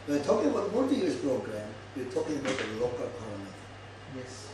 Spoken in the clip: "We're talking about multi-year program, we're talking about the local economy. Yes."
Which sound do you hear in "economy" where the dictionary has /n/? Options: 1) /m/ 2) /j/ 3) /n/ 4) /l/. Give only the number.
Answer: 4